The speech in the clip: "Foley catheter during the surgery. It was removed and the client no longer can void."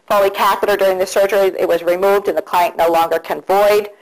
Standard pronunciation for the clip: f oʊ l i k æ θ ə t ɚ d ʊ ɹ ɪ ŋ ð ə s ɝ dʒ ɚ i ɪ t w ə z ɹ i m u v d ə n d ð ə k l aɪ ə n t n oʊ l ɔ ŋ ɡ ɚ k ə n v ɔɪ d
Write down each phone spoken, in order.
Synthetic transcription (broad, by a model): f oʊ l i k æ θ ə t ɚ d ʊ ɹ ɪ ŋ ð ə s ɝ dʒ ɚ i ɪ t w ə z ɹ i m u v d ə n ð ə k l aɪ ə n n oʊ l ɔ ŋ ɡ ɚ k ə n v ɔɪ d